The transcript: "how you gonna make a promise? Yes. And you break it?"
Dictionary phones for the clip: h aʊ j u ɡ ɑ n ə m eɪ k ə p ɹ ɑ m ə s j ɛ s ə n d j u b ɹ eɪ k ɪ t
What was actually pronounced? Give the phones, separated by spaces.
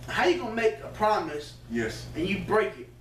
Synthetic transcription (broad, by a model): h aʊ j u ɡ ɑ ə m eɪ k ə p ɹ ɑ m ə s j ɛ s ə n j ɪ b ɹ eɪ k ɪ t